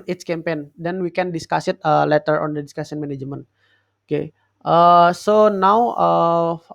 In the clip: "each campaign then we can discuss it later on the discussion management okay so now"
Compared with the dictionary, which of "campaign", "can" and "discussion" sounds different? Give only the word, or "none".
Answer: discussion